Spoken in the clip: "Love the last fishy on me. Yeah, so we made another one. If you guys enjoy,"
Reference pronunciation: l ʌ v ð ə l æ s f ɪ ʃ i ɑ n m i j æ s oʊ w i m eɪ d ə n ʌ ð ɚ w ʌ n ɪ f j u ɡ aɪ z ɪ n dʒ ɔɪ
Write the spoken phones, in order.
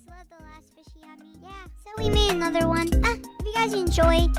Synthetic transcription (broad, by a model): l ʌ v ð ə l æ s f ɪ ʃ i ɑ m i j æ s oʊ w i m eɪ d ə n ʌ ð ɚ w ʌ n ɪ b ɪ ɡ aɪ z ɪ n dʒ ɔɪ